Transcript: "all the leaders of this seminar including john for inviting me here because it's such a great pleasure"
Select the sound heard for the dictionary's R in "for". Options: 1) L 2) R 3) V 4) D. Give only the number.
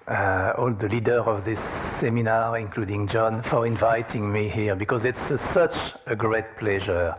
2